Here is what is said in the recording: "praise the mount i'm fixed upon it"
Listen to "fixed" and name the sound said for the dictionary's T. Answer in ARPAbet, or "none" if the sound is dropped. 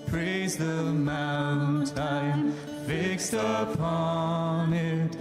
T